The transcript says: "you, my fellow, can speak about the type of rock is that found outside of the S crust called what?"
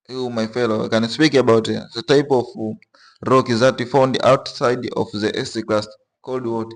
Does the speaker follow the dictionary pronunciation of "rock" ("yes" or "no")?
yes